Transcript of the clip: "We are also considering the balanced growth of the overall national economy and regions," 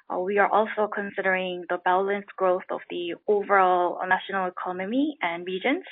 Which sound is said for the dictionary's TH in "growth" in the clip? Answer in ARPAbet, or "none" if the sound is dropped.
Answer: TH